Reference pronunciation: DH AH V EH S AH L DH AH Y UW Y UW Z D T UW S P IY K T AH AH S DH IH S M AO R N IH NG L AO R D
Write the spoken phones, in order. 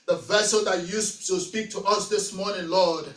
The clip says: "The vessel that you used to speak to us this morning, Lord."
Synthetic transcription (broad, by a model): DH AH V EH S AH L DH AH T Y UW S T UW S P IY K T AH AH S DH IH S M AO R N IH NG L AO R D